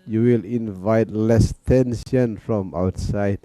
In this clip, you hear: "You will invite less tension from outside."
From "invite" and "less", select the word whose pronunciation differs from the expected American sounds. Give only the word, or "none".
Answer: none